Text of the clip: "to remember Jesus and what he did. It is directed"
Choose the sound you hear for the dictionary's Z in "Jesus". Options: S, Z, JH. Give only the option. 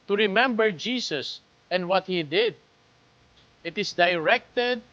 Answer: S